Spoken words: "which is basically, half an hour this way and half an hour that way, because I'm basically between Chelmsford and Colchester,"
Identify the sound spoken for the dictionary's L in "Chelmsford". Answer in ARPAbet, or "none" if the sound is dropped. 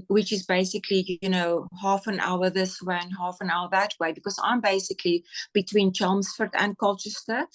L